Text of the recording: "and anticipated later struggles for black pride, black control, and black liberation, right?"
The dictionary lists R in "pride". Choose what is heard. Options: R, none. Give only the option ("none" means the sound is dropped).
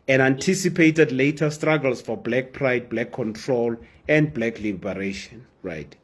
R